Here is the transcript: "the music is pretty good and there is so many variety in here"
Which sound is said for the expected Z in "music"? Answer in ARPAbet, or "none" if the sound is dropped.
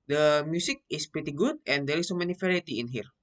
S